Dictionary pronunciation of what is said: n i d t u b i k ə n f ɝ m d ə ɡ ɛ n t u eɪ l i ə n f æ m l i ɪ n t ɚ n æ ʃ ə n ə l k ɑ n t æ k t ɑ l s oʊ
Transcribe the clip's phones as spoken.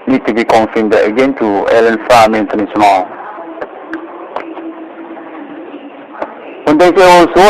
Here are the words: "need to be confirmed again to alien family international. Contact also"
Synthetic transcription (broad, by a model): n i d t u b i k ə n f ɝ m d ə ɡ ɛ n t u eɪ l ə n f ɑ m i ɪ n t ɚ n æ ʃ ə n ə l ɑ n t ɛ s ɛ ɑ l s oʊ